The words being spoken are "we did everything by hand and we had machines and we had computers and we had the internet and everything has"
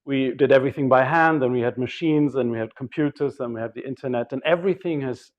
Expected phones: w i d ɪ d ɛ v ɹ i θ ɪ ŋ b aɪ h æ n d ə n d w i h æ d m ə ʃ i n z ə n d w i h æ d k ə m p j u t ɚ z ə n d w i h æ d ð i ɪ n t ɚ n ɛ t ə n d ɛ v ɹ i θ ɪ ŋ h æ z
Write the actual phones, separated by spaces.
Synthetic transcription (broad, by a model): w i d ɪ d ɛ v ɹ i θ ɪ ŋ b aɪ h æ n d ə n w i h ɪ d m ə ʃ i n z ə n w i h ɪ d k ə m p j u t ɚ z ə n w i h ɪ d ð i ɪ n t ɚ n ɛ t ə n ɛ v ɹ i θ ɪ ŋ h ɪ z